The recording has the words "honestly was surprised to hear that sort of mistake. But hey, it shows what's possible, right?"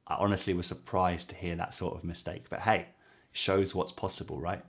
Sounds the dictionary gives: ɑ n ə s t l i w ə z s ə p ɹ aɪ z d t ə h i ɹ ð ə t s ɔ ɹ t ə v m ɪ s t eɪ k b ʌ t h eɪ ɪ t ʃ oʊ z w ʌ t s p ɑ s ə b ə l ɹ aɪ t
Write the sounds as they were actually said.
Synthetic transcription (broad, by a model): ɑ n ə s t l i w ə z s ə p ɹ aɪ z t ə h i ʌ ð ə t s ɔ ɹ t ə v m ɪ s t eɪ k b ʌ t h eɪ ɪ t ʃ oʊ z w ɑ t s p ɑ s ə b ə l ɹ aɪ t